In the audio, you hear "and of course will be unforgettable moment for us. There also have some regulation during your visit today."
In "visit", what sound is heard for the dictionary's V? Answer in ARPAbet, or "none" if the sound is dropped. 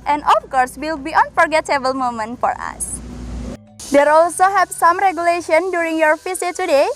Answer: F